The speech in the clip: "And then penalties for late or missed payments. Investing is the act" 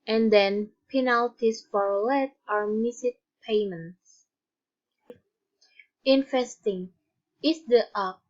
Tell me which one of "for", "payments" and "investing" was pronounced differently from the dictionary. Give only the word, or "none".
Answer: investing